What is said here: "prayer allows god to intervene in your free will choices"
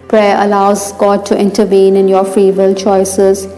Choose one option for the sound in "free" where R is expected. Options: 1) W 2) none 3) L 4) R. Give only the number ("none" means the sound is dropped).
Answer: 4